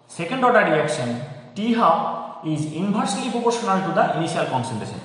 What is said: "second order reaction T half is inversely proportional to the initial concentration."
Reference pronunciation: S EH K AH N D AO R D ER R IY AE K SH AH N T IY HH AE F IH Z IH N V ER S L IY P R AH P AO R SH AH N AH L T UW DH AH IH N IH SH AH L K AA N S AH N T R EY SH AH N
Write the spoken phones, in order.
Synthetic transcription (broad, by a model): S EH K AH N D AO R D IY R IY K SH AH N T IY HH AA IH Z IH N B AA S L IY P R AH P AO R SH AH N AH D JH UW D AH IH N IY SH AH L K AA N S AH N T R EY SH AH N